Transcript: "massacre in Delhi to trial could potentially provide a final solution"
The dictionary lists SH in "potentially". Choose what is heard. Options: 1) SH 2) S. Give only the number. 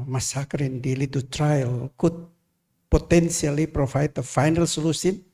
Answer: 2